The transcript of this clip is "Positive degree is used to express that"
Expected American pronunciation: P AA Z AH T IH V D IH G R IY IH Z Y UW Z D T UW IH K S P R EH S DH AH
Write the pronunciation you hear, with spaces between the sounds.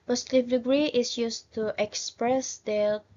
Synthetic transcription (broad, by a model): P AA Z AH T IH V D IH G R IY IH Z Y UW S T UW IH K S P R EH S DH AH